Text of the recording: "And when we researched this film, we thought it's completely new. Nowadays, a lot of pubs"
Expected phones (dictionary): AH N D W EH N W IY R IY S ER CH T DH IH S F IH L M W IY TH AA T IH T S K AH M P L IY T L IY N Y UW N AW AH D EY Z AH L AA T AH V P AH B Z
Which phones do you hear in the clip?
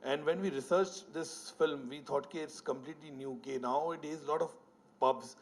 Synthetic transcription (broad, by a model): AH N D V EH N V IY R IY S ER CH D IH S F IH L M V IY T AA T IH T S K AH M P L IY T L IY N Y UW N AW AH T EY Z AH L AA T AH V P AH B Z